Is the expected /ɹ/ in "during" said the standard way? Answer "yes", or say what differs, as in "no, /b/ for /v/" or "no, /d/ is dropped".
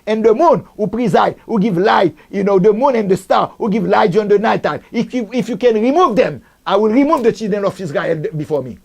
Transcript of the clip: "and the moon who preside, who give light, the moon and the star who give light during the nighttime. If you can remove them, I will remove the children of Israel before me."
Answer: no, /ɹ/ is dropped